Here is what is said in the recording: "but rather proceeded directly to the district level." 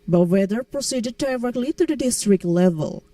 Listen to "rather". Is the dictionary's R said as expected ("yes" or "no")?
no